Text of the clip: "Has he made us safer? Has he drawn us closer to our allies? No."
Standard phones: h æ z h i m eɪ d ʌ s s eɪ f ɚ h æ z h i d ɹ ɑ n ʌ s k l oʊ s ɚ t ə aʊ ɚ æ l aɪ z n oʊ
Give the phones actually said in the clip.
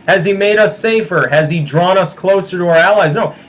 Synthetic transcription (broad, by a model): h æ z i m eɪ d ʌ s s eɪ f ɚ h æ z i d ɹ ɑ n ʌ s k l oʊ s ɚ t ə aʊ ɚ æ l aɪ z n oʊ